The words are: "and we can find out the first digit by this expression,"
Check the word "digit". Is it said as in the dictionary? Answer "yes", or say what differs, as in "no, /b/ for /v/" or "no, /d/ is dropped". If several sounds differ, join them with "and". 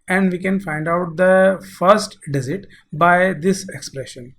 no, /z/ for /dʒ/